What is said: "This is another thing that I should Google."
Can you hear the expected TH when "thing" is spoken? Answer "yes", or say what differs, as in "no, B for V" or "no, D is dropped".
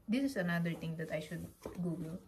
no, T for TH